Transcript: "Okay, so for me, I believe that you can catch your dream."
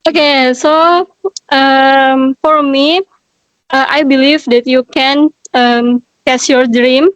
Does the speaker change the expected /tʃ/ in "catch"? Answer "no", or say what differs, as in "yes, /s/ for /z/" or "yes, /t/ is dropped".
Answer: yes, /s/ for /tʃ/